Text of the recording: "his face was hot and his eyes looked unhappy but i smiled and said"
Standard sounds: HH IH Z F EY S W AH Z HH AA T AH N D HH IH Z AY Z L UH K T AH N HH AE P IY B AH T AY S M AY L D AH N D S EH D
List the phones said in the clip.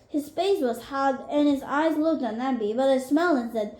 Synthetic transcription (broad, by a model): HH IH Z F EY S W AH Z HH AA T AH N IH Z AY Z L UH K T N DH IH B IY B AH T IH S M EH L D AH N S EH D